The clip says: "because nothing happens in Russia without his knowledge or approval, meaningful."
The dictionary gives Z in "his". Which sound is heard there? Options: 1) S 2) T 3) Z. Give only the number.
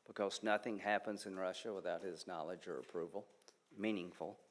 3